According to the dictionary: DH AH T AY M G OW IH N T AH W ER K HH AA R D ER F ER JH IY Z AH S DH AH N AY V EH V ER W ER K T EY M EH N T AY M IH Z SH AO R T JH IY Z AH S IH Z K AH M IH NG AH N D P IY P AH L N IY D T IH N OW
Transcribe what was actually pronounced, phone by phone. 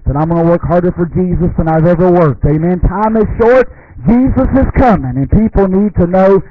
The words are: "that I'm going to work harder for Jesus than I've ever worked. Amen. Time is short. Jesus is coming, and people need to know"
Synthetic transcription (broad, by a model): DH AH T AY M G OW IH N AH W ER K HH AA R D ER F ER JH IY Z AH S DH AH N AY V EH V ER W ER K T EY M EH N T AY M IH Z SH AO R T JH IY Z AH S IH Z K AH M IH NG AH N P IY P L N IY D T IH N OW